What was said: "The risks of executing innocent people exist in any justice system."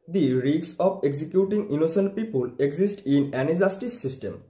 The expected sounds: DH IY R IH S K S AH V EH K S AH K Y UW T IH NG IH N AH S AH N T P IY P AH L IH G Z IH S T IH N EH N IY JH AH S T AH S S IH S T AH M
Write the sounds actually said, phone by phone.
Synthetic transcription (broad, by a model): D IY R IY K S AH P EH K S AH K Y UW T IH NG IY N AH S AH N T P IY P AH L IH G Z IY S T IH N EH N IY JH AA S T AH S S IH S T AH M